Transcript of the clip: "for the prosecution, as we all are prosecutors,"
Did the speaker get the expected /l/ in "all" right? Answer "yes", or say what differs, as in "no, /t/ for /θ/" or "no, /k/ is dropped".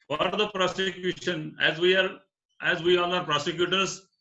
no, /w/ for /l/